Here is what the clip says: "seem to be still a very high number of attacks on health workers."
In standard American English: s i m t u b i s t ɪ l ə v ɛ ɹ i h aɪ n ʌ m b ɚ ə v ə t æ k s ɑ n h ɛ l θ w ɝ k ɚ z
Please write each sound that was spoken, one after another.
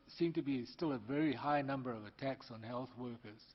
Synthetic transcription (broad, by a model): s i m t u b i s t ɪ l ə v ɛ ɹ i h aɪ n ʌ m b ɚ ə v ə t æ k s n h ɛ l θ w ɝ k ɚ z